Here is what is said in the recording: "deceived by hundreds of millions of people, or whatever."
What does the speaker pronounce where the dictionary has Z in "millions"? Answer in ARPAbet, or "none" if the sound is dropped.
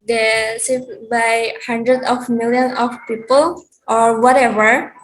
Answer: none